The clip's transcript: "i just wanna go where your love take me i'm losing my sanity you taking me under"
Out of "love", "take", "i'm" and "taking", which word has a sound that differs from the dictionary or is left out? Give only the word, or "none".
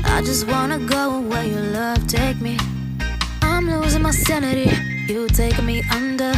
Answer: taking